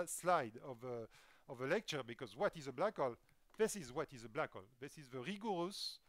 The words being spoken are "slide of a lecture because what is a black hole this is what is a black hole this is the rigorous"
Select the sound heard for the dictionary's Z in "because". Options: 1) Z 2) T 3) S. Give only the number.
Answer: 1